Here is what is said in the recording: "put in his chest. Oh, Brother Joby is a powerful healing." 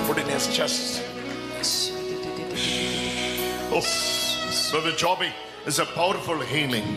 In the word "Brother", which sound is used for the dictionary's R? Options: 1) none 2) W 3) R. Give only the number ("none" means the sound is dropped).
1